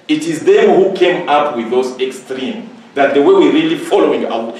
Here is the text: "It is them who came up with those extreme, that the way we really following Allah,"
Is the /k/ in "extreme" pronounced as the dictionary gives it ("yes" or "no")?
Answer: yes